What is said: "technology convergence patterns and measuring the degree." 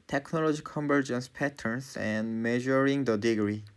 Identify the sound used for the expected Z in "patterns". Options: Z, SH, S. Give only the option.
S